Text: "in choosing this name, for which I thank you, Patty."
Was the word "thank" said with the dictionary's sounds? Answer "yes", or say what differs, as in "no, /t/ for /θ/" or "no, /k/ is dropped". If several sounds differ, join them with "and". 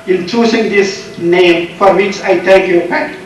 no, /t/ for /θ/ and /ŋ/ is dropped